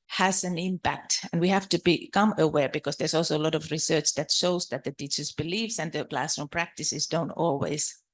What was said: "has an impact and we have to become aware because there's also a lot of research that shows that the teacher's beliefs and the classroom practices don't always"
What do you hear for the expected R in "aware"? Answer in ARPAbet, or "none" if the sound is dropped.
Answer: R